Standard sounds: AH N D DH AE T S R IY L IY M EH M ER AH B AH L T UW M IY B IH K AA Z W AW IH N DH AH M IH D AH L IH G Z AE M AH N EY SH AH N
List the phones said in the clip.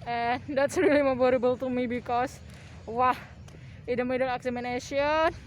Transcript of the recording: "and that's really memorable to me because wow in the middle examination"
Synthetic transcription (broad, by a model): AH N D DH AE T S R IY L IY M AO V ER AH B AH L T UW M IY B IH K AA S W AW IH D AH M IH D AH N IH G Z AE M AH N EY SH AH N